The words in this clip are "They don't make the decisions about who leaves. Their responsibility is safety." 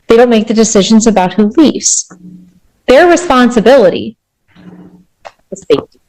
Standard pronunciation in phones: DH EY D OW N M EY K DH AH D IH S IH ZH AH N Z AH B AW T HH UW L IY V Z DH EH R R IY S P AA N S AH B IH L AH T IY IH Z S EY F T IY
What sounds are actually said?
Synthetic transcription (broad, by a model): DH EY D OW N M EY K DH AH D IH S IH ZH AH N Z AH B AW T HH UW L IY V Z DH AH R R IY S P AA N S AH B IH L AH T IY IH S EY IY